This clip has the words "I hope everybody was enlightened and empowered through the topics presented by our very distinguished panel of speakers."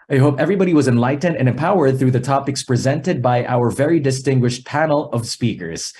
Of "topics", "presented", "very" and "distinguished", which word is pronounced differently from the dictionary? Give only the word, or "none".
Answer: none